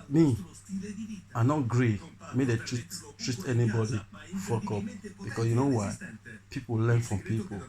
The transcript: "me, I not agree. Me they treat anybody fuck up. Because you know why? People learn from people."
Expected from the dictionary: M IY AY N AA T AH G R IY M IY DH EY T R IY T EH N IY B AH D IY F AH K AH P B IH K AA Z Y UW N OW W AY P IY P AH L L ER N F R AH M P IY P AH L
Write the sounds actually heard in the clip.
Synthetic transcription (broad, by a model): M IY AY N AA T G R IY M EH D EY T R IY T EH N IY B AH D IY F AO K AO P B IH K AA S Y UW N OW W AY P IY P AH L L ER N F R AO M P IY P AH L